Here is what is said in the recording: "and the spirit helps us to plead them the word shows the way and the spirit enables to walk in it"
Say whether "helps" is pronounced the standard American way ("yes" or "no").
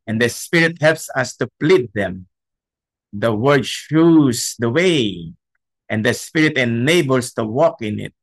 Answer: yes